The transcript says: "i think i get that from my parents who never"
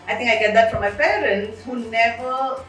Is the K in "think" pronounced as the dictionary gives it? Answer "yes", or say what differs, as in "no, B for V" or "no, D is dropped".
no, K is dropped